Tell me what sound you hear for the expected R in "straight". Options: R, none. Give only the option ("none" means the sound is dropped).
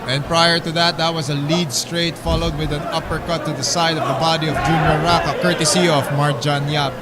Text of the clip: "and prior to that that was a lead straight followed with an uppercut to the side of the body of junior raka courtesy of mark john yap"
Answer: R